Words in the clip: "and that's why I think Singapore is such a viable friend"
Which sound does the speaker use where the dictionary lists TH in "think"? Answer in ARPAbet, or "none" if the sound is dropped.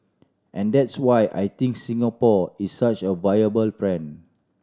T